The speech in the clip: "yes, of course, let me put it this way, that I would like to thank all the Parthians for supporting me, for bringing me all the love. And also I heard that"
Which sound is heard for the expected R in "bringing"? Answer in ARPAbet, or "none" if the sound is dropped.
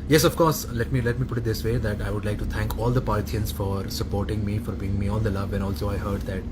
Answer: none